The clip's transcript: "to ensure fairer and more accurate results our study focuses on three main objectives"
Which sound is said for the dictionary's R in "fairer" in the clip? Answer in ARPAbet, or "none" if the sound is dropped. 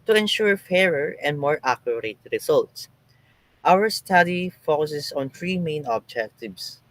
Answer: R